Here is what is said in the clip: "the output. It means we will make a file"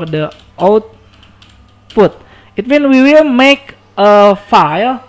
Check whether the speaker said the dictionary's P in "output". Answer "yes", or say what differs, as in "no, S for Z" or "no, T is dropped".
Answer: no, F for P